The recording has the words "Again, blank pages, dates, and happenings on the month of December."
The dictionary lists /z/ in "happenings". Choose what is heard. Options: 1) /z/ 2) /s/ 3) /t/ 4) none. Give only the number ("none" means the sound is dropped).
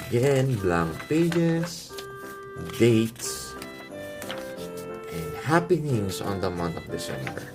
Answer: 2